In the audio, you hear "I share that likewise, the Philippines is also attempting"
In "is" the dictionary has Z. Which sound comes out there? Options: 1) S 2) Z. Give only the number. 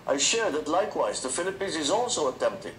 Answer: 2